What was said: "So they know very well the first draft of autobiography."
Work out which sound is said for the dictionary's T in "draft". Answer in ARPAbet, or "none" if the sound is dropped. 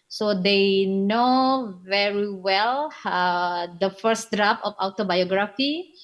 none